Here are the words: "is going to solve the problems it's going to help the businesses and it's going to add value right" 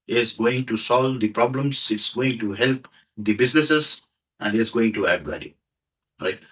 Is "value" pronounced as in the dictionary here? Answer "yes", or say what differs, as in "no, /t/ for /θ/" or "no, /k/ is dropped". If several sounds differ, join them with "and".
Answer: no, /b/ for /v/